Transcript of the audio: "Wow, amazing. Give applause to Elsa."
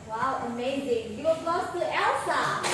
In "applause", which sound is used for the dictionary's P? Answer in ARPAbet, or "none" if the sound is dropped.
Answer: none